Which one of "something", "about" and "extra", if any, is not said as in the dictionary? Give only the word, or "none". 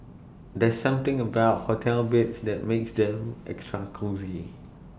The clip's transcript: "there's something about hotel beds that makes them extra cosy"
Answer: something